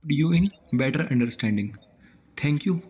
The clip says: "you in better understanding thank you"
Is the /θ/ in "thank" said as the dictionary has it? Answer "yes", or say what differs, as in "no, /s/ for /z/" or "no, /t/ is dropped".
no, /t/ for /θ/